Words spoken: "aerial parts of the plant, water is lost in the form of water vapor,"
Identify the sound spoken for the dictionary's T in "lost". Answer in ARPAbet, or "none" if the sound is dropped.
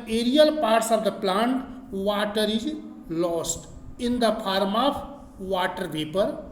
T